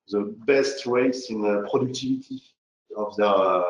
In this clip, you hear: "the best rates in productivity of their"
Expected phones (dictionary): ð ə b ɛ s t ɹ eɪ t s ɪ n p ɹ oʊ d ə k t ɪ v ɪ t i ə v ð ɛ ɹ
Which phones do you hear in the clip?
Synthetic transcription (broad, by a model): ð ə b ɛ s t w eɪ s ɪ n p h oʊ d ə k t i v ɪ t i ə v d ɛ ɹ